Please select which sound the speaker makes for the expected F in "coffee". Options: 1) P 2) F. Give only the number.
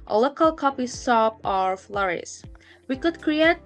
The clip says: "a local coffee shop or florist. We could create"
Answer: 1